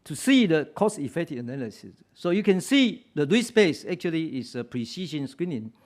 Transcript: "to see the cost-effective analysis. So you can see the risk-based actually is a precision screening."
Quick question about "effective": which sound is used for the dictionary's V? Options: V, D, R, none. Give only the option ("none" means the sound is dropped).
none